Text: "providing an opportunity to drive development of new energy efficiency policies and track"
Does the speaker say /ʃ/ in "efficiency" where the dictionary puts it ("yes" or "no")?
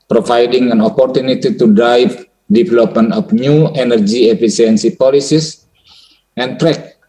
no